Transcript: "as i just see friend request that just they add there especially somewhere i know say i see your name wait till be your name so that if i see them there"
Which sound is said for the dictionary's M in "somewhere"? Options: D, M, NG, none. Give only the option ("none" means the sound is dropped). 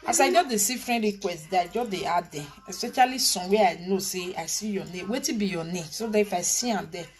none